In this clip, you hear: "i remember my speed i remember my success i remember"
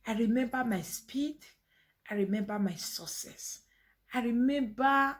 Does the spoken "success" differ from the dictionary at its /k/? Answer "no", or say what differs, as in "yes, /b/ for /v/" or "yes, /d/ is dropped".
yes, /k/ is dropped